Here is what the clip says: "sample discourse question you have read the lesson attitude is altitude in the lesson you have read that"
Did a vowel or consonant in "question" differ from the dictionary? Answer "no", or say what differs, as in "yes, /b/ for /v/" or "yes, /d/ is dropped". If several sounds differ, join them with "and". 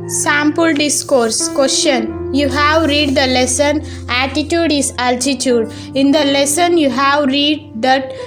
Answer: yes, /ʃ/ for /tʃ/